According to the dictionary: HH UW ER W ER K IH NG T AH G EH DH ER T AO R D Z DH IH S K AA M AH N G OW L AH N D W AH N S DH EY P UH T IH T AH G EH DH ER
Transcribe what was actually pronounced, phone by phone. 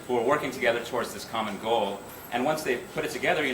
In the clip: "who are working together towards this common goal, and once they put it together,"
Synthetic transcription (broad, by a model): HH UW ER W ER K IH NG T AH G EH DH ER T AO R D Z DH IH S K AA M AH N G OW L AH N W AH N S DH EY P UH T IH T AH G EH DH ER